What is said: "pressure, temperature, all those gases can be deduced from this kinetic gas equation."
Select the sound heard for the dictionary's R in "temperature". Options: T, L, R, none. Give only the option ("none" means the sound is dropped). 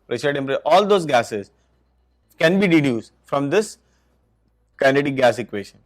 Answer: none